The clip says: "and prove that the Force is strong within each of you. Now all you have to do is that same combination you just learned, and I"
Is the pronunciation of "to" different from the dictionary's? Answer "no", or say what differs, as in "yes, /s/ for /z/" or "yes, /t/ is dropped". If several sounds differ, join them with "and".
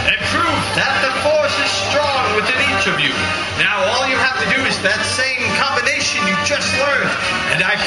no